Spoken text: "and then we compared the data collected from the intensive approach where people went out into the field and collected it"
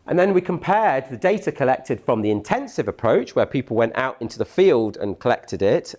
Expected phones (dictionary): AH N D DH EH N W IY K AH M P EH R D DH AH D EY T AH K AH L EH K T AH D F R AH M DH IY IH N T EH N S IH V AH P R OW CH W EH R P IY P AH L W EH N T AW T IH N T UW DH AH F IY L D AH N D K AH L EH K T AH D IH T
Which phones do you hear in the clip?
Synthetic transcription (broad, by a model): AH N DH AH N W IY K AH M P EH D DH AH D EY T AH K AH L EH K T AH D F R AH M DH IY IH N T EH N S IH V AH P R OW CH W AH P IY P AH L W EH N T AW T IH N T UW DH AH F IY L D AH N K AH L EH K T AH D IH T